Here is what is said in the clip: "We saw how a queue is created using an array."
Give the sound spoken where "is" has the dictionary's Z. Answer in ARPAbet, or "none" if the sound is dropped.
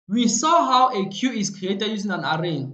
S